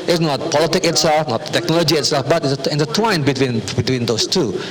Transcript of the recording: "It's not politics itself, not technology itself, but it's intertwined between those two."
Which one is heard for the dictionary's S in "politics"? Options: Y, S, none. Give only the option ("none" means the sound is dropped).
none